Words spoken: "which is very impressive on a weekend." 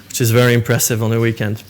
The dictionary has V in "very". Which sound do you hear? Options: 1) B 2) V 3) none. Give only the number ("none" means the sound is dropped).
2